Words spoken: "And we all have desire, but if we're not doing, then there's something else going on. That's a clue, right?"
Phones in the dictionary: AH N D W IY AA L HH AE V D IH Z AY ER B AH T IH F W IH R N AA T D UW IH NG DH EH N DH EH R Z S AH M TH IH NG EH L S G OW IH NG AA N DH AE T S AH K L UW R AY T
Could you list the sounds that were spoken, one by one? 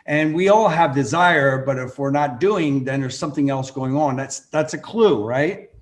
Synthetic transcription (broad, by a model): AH N W IY AA L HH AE V D IH Z AY ER B AH T IH F W IH R N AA T D UW IH NG DH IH N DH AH R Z S AH M TH IH NG EH L S G OW IH NG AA N DH AE T S AH K L UW R AY T